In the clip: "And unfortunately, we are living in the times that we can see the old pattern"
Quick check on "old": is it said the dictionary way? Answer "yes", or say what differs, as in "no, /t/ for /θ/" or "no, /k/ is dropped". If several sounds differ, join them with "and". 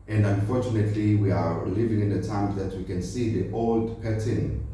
yes